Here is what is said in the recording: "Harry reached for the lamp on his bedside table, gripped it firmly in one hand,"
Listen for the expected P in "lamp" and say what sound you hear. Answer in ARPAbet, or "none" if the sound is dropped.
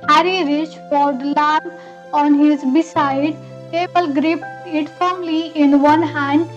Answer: none